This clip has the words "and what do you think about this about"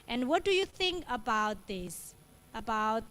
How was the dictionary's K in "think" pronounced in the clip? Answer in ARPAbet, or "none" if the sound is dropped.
K